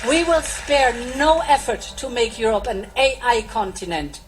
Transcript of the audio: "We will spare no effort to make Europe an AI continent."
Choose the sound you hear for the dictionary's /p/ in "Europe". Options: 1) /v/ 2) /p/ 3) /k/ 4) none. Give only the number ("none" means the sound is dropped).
2